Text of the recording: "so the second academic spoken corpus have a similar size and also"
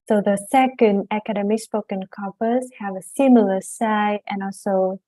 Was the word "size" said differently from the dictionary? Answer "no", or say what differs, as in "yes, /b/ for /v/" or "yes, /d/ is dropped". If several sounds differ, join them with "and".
yes, /z/ is dropped